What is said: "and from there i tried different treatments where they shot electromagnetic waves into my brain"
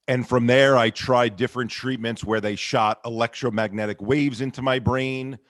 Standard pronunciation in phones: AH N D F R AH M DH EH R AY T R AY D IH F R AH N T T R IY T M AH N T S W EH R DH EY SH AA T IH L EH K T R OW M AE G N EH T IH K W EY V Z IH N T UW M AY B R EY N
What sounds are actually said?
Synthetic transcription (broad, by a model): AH N F R AH M DH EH R AY T R AY D IH F R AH N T T R IY T M AH N T S W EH R DH EY SH AA T IH L EH K T R OW M AE G N EH T IH K W EY V Z IH N T UW M AY B R EY N